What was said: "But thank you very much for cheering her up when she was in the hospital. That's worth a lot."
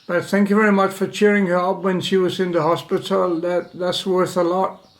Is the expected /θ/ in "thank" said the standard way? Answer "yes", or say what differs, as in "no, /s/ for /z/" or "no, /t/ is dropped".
yes